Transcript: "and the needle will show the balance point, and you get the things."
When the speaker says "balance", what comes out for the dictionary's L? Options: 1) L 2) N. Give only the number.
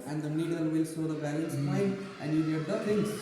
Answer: 1